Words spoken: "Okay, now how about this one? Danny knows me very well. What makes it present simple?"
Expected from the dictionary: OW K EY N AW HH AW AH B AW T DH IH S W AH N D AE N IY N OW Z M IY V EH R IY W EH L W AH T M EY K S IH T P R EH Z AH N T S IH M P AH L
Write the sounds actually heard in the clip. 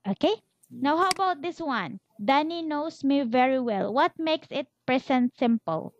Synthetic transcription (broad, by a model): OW K EY N AW HH AW AH B AW T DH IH S W AH N D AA N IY N OW S M IY V EH R IY W EH L W AH T M EY K S IH T P R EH S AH N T S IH M P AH L